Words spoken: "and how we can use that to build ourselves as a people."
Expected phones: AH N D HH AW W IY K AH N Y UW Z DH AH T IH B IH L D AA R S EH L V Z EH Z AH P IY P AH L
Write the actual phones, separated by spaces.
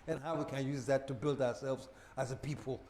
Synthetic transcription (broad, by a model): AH N HH AW W IY K AH N Y UW Z DH AH T IH B IH L D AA R S EH L V Z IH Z AH P IY P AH L